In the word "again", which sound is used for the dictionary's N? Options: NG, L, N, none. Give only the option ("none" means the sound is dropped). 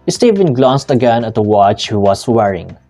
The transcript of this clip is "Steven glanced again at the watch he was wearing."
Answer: N